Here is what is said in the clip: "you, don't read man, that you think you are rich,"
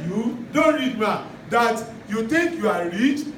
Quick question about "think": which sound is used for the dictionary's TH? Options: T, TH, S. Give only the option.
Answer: T